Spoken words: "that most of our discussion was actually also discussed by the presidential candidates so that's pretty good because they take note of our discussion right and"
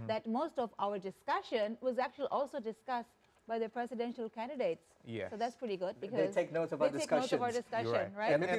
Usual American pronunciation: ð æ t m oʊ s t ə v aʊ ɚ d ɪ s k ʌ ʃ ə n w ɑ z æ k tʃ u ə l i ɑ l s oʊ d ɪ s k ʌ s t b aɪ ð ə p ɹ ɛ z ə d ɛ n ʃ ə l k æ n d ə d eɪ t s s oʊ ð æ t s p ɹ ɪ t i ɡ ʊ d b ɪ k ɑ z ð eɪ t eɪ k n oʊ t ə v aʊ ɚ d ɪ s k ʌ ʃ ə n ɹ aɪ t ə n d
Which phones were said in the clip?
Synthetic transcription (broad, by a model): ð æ t m oʊ s t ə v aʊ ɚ d ɪ s k ʌ ʃ ə n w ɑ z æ k tʃ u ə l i ɑ l s oʊ d ɪ s k ʌ s t b aɪ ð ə p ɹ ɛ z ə d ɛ n ʃ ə l k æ n d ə d eɪ t s s oʊ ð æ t s p ɹ ɪ t i ɡ ʊ d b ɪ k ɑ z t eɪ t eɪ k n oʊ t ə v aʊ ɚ d ɪ s k ʌ ʃ ə n ɹ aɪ ə